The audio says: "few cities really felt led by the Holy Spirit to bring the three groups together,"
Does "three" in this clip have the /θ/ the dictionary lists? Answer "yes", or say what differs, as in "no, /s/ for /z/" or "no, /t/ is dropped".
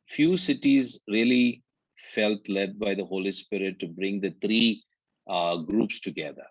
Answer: no, /t/ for /θ/